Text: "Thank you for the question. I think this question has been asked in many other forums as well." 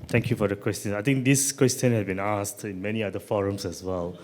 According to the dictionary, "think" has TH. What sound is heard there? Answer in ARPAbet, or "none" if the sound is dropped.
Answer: T